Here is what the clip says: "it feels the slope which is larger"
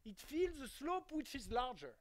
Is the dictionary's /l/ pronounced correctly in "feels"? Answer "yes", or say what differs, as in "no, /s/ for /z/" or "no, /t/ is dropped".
yes